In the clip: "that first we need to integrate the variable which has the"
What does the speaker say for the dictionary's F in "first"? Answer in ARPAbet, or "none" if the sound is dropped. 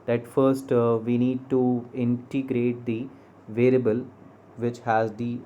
F